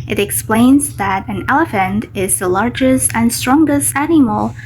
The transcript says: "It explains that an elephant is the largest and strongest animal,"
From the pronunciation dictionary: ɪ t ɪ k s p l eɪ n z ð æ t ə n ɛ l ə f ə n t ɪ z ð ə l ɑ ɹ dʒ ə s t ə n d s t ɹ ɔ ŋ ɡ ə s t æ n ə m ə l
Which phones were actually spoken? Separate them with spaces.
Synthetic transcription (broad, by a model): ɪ t ɪ k s p l eɪ n z ð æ t ə n ɛ l ə f ə n t ɪ z ð ə l ɑ ɹ dʒ ə s t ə n s t ɹ ɔ ŋ ɡ ə s t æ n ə m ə l